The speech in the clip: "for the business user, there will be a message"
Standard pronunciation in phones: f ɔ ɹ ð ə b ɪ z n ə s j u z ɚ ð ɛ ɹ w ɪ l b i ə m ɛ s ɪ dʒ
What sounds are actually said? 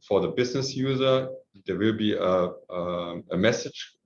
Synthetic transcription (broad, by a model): f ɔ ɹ ð ə b ɪ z n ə s j u z ɚ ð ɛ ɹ w ɪ l b i ə m ɛ s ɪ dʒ